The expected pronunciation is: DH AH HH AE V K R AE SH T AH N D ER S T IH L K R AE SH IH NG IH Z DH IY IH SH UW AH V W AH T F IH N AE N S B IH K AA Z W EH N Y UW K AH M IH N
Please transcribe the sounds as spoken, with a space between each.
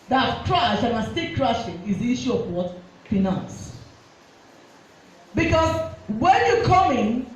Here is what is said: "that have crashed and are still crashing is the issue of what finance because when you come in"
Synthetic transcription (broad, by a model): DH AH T K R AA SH AH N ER S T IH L K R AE SH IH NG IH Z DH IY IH SH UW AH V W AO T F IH N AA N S B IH K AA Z W EH N Y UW K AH M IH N